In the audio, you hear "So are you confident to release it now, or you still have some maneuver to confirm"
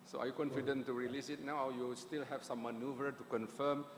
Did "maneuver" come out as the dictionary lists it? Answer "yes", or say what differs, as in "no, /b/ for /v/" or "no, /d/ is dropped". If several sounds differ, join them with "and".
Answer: yes